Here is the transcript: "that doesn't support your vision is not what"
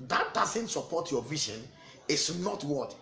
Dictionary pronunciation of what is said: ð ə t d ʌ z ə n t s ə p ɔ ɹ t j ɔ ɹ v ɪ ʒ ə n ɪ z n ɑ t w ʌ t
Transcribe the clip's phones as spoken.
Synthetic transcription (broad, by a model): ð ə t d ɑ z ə n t s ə p ɔ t j ɔ v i ʃ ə n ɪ s n ɑ t w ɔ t